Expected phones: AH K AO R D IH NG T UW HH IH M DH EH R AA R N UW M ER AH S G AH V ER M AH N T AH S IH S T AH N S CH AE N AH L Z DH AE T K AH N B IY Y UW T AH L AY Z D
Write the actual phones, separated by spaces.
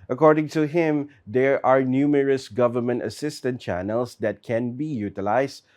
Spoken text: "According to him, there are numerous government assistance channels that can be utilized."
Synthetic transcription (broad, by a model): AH K AO R D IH NG T UW HH IH M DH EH R AA R N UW M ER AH S G AH V ER M AH N T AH S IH S T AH N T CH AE N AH L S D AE T K AH N B IY Y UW T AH L AY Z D